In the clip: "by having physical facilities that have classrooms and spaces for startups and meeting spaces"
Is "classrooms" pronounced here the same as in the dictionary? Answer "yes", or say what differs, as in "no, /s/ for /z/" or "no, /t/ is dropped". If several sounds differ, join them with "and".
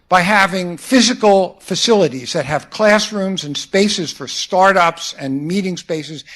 yes